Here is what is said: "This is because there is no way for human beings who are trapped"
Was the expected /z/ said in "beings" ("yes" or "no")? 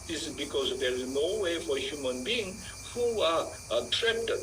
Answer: no